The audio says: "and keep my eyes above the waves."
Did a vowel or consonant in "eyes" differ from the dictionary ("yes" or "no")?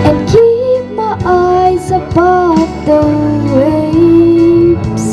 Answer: no